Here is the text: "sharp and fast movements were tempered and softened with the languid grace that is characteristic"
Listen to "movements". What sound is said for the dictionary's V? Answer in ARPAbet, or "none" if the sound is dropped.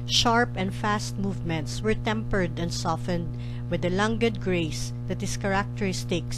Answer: V